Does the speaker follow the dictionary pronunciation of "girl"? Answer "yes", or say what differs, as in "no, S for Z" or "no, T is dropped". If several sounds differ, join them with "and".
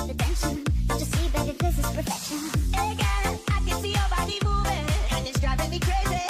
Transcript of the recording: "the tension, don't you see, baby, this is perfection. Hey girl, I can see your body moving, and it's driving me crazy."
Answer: no, N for L